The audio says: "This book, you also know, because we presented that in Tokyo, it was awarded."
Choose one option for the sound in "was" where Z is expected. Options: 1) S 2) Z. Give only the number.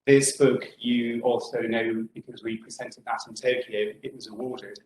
2